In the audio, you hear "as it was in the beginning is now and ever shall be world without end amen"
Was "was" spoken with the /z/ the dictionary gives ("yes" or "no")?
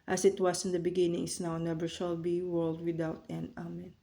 no